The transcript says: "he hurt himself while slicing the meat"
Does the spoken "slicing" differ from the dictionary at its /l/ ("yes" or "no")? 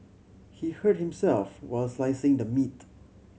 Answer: no